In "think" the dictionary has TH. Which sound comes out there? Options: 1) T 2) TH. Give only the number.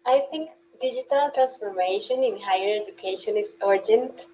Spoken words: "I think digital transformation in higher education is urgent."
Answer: 1